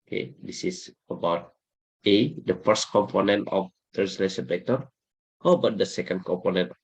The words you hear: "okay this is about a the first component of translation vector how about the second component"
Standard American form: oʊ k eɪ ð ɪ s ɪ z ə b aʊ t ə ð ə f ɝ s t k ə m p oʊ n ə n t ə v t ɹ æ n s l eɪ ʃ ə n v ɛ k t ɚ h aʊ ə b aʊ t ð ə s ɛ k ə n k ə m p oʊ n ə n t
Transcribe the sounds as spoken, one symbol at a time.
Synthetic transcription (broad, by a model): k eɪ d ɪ s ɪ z ə b aʊ t ə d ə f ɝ s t k ə m p oʊ n ə n t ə f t æ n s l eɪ s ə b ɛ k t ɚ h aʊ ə b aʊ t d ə s ɛ k ə n k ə m p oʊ n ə n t